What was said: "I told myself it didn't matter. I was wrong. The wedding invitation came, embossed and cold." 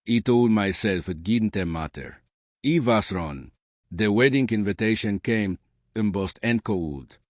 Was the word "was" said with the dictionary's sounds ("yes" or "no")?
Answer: no